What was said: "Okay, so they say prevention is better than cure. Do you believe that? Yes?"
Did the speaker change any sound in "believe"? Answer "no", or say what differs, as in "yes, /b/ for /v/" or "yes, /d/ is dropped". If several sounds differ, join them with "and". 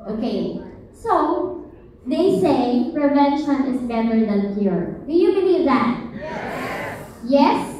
yes, /n/ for /l/